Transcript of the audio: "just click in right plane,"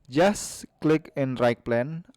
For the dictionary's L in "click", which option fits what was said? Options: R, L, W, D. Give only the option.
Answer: L